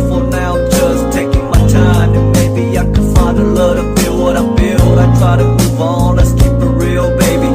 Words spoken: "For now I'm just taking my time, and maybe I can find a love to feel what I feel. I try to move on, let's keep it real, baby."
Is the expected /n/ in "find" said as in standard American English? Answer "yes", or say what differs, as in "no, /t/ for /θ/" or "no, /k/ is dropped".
no, /n/ is dropped